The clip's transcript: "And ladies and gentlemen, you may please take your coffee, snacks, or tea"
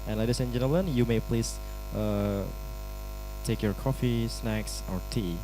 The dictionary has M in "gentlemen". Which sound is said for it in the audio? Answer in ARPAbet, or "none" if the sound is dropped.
none